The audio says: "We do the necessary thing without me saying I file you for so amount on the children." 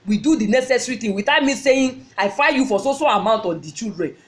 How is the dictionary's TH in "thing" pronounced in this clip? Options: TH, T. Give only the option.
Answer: T